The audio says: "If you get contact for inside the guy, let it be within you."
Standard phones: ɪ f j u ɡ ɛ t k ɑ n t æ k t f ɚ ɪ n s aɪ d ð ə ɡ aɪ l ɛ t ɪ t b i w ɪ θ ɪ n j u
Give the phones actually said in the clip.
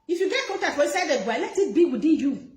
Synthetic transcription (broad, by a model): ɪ f j u ɡ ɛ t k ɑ t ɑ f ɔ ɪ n s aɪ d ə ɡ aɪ l ɛ t ɪ t b i w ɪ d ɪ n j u